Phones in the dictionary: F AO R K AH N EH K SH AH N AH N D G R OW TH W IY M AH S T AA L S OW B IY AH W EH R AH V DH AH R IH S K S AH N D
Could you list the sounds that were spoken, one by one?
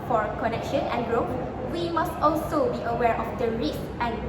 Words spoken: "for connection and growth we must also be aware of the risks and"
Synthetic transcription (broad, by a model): F AO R K AH N EH K SH AH N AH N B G R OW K W IY M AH S T AA L S OW B IY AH W EH R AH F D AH R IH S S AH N